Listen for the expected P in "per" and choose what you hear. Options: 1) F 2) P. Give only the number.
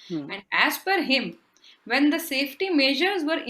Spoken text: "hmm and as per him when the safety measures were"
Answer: 1